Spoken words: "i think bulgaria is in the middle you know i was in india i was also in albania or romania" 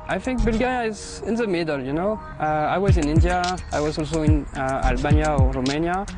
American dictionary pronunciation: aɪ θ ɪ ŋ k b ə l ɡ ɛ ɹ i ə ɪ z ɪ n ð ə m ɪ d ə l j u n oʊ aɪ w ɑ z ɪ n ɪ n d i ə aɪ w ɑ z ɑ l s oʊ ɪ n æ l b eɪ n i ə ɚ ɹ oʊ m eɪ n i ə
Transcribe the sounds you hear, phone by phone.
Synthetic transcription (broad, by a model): aɪ θ ɪ ŋ k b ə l ɡ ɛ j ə ɪ z ɪ n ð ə m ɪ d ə l j u n oʊ aɪ w ɑ z ɪ n ɪ n d i ə aɪ w ɑ z ɑ l s oʊ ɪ n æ l b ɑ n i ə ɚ ɹ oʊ m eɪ n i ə